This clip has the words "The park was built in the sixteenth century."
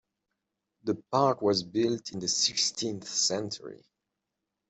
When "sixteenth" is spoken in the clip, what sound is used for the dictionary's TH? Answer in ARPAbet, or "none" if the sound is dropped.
TH